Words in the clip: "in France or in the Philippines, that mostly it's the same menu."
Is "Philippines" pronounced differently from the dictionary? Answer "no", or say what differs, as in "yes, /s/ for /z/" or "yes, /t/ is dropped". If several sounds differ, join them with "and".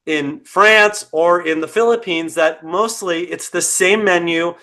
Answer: no